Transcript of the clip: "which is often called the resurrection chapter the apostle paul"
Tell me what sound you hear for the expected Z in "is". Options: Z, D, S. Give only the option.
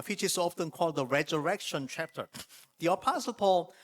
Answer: S